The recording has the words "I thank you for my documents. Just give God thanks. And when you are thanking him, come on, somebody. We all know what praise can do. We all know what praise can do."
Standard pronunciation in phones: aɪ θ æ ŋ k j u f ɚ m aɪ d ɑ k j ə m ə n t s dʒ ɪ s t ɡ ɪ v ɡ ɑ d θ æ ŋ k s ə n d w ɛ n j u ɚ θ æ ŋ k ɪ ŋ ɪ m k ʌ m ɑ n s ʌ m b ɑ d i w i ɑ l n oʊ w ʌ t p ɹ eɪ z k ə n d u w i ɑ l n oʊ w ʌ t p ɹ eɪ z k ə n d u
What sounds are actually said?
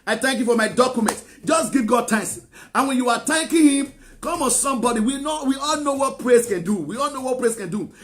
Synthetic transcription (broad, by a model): aɪ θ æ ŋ k j u f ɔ m aɪ d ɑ k j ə m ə n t dʒ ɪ s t ɡ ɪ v ɡ ɑ d t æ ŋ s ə n w ɛ n j u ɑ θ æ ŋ k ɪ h ɪ m k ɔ m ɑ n s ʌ m b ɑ d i w i ɑ l n oʊ w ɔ t p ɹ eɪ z k ə n d u w i ɑ l n oʊ w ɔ t p ɹ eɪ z k ə n d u